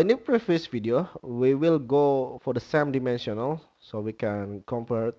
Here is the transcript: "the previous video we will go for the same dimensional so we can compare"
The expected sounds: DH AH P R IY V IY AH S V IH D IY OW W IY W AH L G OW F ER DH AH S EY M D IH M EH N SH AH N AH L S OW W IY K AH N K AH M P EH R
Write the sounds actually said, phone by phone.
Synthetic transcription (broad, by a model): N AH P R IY F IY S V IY D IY OW W IY W AH L G OW F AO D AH S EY M D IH M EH N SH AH N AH L S OW W IY K AH N K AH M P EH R